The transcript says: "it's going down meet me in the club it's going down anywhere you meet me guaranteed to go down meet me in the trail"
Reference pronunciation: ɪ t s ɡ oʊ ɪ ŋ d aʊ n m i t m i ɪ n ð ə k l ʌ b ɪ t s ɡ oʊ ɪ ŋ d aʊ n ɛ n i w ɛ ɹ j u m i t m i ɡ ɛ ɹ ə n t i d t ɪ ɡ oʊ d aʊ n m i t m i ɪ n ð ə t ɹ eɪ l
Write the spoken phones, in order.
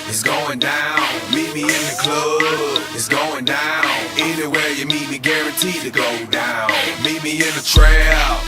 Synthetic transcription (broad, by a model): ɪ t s ɡ oʊ ɪ ŋ d aʊ n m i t m i ɪ n ð ə k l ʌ ɪ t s ɡ oʊ ɪ ŋ d aʊ n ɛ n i w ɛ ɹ j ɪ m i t m i ɡ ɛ ɹ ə n t i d t ɪ ɡ oʊ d aʊ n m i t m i ɪ n ð ə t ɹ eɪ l